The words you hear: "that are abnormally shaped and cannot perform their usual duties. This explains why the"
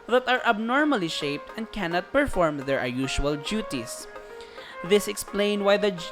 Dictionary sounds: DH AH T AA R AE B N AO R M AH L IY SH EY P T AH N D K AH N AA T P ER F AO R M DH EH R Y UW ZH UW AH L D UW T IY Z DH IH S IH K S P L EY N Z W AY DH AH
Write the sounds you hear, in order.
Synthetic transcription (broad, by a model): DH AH T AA R AE B N AO R M AH L IY SH EY P T AH N D K AH N AA T P ER F AO R M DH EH R Y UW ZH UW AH L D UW T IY S DH IH S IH K S P L EY N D W AY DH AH